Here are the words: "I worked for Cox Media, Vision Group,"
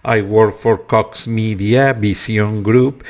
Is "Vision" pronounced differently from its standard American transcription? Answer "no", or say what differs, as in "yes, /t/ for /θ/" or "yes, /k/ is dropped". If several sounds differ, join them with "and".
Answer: yes, /b/ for /v/ and /s/ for /ʒ/